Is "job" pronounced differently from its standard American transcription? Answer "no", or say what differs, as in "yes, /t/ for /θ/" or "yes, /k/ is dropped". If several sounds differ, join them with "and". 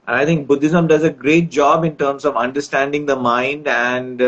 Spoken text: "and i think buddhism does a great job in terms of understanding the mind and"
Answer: no